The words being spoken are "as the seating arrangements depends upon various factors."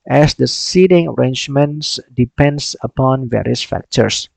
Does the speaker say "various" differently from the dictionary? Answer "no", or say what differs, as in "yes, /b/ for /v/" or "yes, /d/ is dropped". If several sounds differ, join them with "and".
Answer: no